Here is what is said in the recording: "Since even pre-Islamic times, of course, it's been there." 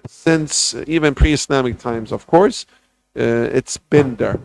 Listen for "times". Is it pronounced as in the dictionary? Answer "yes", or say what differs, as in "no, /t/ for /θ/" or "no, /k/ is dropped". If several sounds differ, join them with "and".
yes